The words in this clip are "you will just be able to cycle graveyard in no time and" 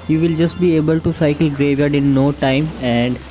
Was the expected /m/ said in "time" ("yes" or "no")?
yes